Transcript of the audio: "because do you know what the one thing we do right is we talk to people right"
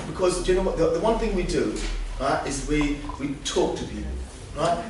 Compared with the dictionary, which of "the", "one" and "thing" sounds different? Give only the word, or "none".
none